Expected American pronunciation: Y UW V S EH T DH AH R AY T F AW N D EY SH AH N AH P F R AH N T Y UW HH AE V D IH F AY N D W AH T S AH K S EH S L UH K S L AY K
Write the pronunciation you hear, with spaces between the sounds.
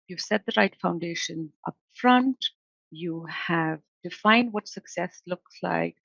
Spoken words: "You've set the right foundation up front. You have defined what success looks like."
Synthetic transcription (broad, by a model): Y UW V S EH T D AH R AY T F AW N D EY SH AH N AH P F R AH N T Y UW HH AE V D IH F AY N D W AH T S AH K S EH S L UH K S L AY K